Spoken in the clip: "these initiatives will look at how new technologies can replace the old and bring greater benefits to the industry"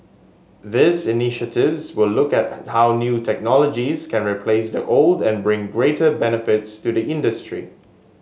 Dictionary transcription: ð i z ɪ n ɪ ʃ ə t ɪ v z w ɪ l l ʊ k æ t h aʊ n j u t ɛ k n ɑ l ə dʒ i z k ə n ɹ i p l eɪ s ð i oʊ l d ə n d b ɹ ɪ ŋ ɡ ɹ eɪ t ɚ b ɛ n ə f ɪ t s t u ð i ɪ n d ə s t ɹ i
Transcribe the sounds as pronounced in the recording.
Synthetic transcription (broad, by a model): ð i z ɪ n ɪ ʃ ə t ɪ v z w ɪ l l ʊ k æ t h aʊ n j u t ɛ k n ɑ l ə dʒ i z k ə n ɹ i p l eɪ s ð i oʊ l d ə n b ɹ ɪ ŋ ɡ ɹ eɪ t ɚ b ɛ n ə f ɪ t s t u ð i ɪ n d ə s t ɹ i